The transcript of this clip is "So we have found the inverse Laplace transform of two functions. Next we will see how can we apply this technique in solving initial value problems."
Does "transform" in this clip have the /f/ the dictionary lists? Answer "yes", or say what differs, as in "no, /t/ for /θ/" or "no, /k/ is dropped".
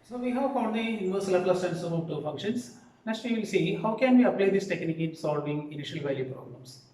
no, /f/ is dropped